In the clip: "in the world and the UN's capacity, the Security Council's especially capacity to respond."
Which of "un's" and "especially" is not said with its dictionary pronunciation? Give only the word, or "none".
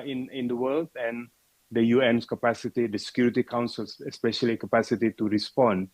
un's